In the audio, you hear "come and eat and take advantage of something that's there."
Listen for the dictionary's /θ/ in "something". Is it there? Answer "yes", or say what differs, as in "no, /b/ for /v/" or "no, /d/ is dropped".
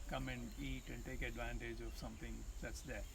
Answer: no, /t/ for /θ/